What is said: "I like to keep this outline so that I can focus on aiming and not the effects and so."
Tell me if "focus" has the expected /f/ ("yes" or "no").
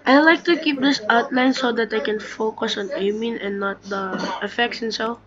yes